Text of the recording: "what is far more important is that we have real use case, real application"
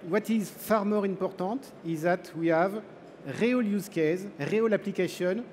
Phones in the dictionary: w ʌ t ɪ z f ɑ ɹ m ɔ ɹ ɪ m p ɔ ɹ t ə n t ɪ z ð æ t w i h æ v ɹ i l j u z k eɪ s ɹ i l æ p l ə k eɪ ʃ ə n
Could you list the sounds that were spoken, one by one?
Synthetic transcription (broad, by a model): w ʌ t ɪ z f ɑ ɹ m ɔ ɹ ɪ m p ɔ ɹ t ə t ɪ z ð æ t w i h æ v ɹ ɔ l j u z k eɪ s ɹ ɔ l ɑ p l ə k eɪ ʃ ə n